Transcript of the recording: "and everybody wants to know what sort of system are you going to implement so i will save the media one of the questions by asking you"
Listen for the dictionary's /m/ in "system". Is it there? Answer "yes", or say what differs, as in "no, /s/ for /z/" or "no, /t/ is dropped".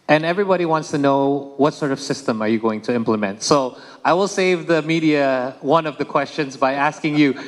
yes